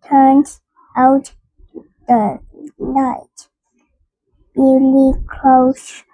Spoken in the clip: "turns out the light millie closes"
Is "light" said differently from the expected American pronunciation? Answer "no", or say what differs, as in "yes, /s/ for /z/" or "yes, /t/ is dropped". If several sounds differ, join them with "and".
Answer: yes, /n/ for /l/